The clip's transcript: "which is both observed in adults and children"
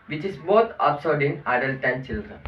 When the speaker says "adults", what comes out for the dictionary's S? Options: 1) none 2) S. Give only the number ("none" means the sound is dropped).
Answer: 1